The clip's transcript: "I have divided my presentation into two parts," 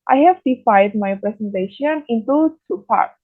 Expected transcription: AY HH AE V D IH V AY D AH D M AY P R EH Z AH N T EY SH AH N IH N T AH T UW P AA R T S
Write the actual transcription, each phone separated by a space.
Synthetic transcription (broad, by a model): AY HH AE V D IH F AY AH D M AY P R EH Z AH N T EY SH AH N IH N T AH T UW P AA R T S